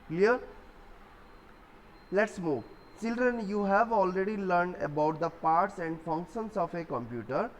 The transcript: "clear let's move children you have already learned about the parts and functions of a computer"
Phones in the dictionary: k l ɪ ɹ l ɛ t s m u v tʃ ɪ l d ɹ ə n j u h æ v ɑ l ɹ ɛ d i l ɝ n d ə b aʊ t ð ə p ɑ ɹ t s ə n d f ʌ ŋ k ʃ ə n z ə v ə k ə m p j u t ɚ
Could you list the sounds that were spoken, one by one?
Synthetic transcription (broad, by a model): k l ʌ ɹ l ɛ t s m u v tʃ ɪ l d ɹ ə n j u h æ v ɑ l ɹ ɛ d i l ɝ n d ə b aʊ t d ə p ɑ ɹ t s ə n d f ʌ ŋ k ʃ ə n s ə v ə k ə m p j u t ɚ